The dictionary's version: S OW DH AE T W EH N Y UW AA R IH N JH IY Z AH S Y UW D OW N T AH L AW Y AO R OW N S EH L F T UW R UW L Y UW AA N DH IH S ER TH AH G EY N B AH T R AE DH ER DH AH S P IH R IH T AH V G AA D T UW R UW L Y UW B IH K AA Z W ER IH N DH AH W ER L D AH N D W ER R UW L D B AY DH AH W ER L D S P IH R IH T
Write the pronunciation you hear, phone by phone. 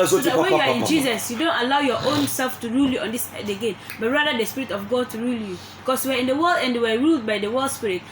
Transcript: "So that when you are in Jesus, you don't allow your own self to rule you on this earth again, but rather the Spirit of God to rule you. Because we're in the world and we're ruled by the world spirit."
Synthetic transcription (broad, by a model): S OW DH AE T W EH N Y UW AA R IH N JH IY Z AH S Y UW D OW N T AH L AW Y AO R OW N S EH L F T UW R UW L Y UW AA N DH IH S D AH G EY N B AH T R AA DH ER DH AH S P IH R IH T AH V G AA D T UW R UW L Y UW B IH K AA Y W ER IH N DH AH W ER L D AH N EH W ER R UW L D B AY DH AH W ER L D S P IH R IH T